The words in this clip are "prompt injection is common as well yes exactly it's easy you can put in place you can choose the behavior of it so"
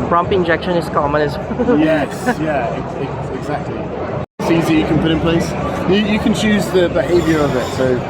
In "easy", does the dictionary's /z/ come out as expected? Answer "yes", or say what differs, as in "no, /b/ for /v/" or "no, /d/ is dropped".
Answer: yes